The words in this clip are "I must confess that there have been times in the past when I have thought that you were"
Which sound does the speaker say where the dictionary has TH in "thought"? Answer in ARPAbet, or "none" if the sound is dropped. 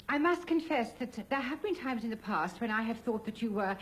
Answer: TH